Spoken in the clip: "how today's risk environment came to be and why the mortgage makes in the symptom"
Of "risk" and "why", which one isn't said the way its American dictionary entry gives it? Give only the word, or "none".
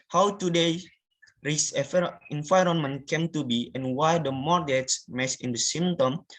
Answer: risk